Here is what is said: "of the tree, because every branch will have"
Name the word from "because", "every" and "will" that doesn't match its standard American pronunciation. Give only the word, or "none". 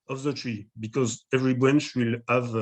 none